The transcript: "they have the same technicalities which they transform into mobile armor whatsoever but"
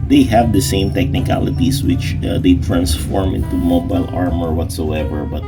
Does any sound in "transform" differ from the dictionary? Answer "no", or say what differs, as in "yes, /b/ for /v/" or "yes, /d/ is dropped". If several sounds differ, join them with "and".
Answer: no